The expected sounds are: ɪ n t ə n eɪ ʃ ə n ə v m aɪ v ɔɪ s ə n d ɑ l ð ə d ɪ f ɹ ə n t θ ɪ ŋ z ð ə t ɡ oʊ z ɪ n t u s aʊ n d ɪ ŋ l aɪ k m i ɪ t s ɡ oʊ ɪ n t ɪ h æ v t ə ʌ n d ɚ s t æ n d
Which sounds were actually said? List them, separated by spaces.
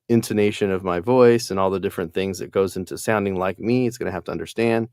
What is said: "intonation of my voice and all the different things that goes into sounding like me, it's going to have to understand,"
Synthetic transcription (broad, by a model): ɪ n t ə n eɪ ʃ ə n ə v m aɪ v ɔɪ s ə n ɑ l ð ə d ɪ f ɹ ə n θ ɪ ŋ z ð ə t ɡ oʊ z ɪ n t u s aʊ n d ɪ ŋ l aɪ k m i ɪ t s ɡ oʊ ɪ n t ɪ h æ f t ə ʌ n d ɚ s t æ n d